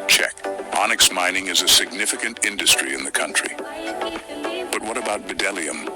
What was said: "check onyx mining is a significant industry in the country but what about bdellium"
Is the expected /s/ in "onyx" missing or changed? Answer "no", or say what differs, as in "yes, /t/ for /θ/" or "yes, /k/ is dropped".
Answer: no